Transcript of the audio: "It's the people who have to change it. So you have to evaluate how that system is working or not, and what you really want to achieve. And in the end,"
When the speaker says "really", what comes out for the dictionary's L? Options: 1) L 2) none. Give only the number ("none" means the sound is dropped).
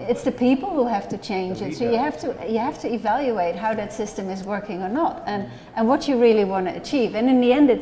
1